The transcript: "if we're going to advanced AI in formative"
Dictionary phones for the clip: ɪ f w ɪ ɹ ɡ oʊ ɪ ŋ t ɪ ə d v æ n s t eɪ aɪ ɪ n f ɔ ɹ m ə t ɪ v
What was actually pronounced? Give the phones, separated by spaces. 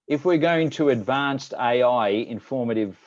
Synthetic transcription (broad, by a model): ɪ f w ɪ ɹ ɡ oʊ ɪ ŋ t ɪ ə d v æ n s t eɪ aɪ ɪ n f ɔ ɹ m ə t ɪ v